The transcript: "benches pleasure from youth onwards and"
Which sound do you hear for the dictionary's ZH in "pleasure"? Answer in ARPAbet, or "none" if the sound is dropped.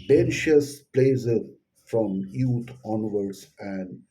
Z